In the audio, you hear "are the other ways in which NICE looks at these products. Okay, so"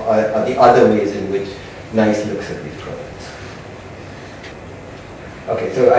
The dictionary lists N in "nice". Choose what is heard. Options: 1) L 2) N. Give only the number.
2